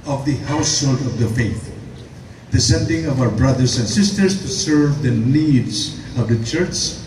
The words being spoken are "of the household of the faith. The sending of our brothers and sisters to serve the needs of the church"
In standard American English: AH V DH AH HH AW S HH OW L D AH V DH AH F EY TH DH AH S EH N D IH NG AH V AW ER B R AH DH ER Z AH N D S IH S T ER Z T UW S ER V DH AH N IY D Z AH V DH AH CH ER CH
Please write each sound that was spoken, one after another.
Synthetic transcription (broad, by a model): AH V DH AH HH AW S HH OW L D AH V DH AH F EY TH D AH S EH N D IH NG AH V AW ER B R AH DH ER S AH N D S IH S T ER S T UW S ER V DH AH N IY D S AH V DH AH CH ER CH